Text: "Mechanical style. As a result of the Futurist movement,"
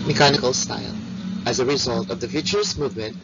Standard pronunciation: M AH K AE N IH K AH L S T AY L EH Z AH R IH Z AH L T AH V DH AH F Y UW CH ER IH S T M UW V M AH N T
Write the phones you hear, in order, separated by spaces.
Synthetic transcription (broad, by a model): M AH K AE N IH K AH L S T AY L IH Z AH R IH Z AH L T AH V DH AH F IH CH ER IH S M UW V M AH N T